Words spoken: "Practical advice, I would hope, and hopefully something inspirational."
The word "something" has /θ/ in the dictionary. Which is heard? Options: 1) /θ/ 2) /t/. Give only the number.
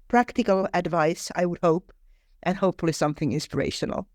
1